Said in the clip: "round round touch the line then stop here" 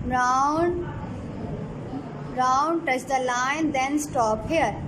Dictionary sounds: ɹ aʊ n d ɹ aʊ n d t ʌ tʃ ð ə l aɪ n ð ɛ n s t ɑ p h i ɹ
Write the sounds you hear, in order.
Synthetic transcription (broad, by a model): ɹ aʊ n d ɹ aʊ n d t ʌ tʃ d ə l aɪ n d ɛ n s t ɑ p h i ɹ